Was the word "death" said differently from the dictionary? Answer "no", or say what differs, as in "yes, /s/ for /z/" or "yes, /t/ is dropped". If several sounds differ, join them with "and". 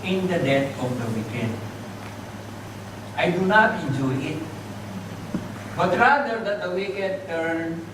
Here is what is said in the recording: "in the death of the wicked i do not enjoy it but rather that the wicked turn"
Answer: yes, /t/ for /θ/